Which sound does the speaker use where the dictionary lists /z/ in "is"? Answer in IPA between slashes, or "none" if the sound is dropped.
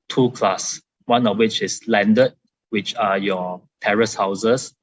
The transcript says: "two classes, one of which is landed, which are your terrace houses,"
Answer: /s/